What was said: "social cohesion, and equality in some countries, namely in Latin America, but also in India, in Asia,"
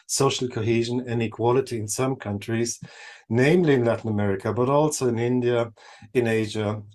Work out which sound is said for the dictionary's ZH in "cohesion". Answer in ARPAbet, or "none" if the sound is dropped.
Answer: ZH